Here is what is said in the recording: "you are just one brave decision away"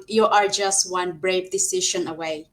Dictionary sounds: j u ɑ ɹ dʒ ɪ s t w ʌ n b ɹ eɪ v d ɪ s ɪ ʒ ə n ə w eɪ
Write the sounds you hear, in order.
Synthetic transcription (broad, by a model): j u ɑ ɹ dʒ ɪ s t w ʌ n b ɹ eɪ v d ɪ s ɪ ʃ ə n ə w eɪ